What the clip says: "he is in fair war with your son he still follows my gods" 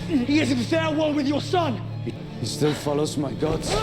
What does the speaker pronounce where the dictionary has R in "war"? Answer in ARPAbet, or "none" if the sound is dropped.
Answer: L